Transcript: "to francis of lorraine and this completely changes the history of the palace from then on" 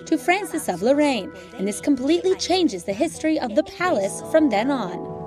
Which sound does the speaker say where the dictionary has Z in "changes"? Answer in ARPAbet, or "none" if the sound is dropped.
Z